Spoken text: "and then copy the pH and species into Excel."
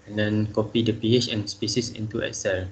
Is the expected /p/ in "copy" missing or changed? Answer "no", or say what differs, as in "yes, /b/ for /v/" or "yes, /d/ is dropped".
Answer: no